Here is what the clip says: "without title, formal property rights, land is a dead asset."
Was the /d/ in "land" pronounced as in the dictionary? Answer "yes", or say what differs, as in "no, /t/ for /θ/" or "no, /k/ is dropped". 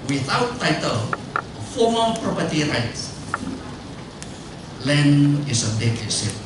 no, /d/ is dropped